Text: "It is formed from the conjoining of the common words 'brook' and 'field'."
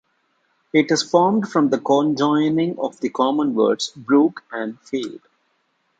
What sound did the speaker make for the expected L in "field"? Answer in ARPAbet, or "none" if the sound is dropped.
none